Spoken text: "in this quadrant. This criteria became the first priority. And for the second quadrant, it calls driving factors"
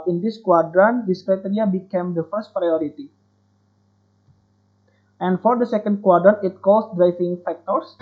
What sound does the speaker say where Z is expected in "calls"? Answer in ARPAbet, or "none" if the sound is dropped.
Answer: S